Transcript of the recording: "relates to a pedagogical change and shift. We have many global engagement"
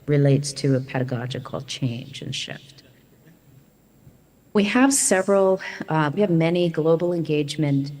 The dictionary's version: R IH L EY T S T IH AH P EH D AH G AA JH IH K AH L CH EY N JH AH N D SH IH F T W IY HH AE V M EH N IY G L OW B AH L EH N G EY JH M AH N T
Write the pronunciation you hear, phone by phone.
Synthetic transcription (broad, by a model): R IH L EY T S T IH AH P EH D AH G AA JH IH K L CH EY N JH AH N SH IH F T W IY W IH V M EH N IY G L OW B L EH N G EY JH M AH N T